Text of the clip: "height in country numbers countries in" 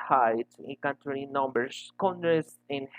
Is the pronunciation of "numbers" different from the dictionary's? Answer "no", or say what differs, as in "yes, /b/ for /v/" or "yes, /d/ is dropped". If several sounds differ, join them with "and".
yes, /s/ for /z/